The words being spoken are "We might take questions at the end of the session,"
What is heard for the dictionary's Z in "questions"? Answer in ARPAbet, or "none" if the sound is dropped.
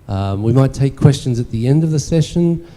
Z